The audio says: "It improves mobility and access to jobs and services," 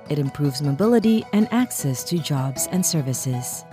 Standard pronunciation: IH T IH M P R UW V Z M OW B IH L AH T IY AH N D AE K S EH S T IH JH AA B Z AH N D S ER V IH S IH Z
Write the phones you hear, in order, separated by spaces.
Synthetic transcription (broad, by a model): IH T IH M P R UW V Z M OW B IH L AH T IY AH N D AE K S EH S T IH JH AA B Z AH N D S ER V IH S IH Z